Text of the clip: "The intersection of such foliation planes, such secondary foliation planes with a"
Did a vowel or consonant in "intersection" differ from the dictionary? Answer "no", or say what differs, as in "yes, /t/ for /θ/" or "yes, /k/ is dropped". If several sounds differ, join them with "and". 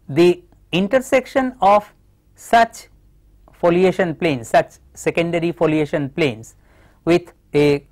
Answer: no